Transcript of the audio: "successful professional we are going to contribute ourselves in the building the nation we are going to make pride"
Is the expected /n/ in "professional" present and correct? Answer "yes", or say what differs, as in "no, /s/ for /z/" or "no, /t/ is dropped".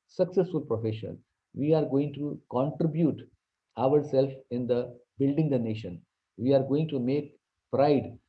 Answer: no, /n/ is dropped